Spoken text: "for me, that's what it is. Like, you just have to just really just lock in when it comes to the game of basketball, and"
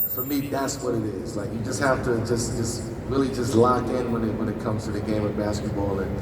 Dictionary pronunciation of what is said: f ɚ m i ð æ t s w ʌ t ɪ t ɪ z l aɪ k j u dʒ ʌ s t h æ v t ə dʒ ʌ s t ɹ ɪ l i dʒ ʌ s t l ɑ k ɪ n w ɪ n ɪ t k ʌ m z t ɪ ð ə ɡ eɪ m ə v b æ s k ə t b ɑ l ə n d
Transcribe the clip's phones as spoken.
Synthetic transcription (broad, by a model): f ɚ m i ð æ t s w ʌ t ɪ t ɪ z l aɪ k j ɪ dʒ ʌ s t h æ f t ə dʒ ʌ s t ɹ ɪ l i dʒ ʌ s t l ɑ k ɪ n w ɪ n ɪ t k ʌ m z t ɪ ð ə ɡ eɪ m ə v b æ s k ə t b ɑ l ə n